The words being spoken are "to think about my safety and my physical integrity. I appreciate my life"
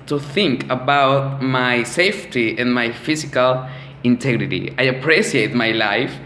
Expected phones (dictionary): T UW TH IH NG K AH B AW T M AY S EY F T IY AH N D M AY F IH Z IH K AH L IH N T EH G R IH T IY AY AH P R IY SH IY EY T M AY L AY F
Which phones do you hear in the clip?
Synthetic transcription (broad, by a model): T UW TH IH NG K AH B AW T M AY S EY F T IY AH N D M AY F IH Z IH K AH L IH N T EH G R IH T IY AY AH P R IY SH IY EY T M AY L AY F